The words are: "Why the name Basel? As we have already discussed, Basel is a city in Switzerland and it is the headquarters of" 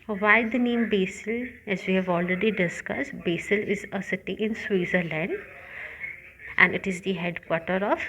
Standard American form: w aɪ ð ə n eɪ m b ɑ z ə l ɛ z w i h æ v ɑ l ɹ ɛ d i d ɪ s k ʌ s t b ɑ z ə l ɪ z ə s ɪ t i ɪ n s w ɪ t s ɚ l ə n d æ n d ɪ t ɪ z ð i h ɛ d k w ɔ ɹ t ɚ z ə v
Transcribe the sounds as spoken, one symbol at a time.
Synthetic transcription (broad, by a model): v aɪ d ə n eɪ m b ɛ s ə l ɛ z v i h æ v ɑ l ɹ ɛ d i d ɪ s k ʌ s t b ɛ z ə l ɪ z ə s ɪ t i ɪ n s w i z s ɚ l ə n d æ n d ɪ t ɪ z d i h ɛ d k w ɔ ɹ t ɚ ə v